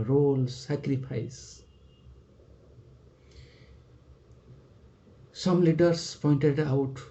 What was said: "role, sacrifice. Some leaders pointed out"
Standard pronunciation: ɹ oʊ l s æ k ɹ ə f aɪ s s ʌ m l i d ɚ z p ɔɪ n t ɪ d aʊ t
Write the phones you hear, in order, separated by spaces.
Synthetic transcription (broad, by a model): ɹ oʊ l s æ k ɹ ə p aɪ s s ʌ m l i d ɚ s p ɔɪ n t ɪ d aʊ t